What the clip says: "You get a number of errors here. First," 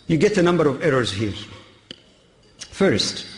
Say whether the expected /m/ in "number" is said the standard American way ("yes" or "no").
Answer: yes